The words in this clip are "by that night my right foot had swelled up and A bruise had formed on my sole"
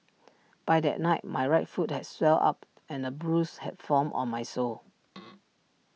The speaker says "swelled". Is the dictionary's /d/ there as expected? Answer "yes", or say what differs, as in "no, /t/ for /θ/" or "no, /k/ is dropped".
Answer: no, /d/ is dropped